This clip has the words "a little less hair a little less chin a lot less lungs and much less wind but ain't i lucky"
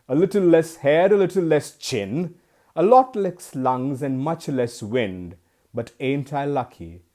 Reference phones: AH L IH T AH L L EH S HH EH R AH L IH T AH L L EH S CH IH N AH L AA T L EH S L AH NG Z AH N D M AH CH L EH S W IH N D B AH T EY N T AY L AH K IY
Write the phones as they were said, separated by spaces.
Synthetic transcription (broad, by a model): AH L IH T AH L L EH S HH EH R AH L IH T L L EH S CH IH N AH L AA T L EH S L AH NG Z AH N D M AH CH L EH S W IH N D B AH T EY N T AY L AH K IY